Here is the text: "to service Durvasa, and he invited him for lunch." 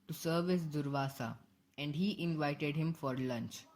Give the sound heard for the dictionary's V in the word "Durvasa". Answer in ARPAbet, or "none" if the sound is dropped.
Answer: V